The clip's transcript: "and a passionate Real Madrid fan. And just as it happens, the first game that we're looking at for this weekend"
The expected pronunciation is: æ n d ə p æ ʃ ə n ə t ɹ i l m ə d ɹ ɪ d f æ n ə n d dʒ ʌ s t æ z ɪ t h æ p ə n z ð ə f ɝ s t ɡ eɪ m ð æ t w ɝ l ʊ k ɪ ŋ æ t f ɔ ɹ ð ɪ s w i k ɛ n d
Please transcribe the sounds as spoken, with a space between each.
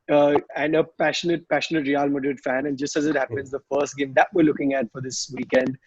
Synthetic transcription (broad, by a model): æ n d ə p æ ʃ ə n ə t ɹ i l m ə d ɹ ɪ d f æ n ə n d dʒ ʌ s t æ z ɪ t h æ p ə n z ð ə f ɝ s t ɡ eɪ m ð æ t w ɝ l ʊ k ɪ ŋ æ t f ɔ ɹ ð ɪ s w i k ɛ n d